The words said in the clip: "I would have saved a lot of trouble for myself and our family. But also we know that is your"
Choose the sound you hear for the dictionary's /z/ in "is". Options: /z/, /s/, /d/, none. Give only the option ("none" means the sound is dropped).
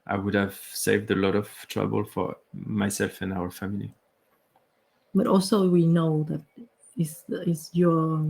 /s/